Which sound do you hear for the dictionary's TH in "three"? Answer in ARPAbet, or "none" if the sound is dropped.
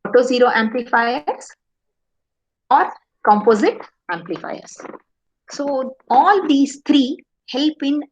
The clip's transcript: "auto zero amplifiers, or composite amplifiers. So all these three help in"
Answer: T